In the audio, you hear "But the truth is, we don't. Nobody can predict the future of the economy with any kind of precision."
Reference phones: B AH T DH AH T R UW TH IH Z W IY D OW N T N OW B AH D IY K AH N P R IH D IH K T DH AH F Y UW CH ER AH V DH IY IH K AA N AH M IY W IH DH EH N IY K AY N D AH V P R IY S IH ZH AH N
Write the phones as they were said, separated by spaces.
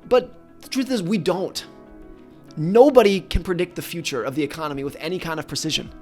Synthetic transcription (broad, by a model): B AH T DH AH T R UW TH IH Z W IY D OW N T N OW B AH D IY K AH N P R IH D IH K T DH AH F Y UW CH ER AH V DH IY IH K AA N AH M IY W IH DH EH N IY K AY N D AH V P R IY S IH ZH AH N